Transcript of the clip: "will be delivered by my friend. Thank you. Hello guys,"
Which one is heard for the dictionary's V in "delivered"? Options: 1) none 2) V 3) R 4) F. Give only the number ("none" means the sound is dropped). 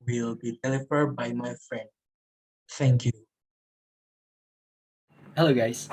4